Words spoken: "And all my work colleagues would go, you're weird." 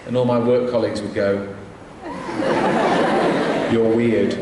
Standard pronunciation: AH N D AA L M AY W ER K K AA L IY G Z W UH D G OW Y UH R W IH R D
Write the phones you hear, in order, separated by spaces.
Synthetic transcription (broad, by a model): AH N AA L M AY W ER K K AA L IY G Z W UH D G OW Y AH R W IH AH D